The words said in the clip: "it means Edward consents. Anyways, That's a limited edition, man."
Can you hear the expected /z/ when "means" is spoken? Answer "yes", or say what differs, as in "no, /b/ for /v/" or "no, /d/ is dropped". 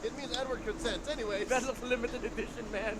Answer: yes